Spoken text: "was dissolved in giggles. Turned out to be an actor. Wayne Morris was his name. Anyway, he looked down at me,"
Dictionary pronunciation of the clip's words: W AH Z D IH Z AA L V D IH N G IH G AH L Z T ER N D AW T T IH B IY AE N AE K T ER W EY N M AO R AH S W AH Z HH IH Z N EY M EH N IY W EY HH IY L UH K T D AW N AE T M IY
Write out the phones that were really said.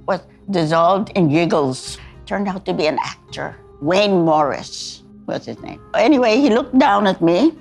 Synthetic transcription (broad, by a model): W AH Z D IH Z AA L V D IH N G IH G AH L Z T ER N D AW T T IH B IY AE N AE K T ER W EY N M AO R AH S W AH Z HH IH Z N EY M EH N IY W EY HH IY L UH K T D AW N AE T M IY